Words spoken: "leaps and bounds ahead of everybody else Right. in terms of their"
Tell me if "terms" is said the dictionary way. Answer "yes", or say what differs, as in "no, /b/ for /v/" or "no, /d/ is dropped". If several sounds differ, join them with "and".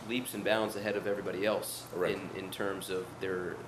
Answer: yes